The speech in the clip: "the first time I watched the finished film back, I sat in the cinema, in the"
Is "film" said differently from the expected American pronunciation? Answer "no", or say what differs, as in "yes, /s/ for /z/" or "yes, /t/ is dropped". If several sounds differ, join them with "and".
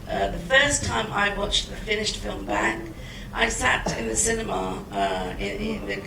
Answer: no